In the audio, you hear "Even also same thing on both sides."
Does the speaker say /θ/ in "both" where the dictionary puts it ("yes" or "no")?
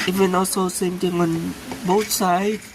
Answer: no